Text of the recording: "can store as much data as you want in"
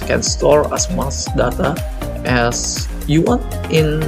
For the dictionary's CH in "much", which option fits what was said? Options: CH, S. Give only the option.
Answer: S